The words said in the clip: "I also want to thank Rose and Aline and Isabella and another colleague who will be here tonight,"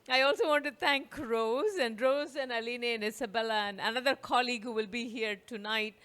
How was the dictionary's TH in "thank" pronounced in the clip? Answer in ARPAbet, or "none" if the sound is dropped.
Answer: T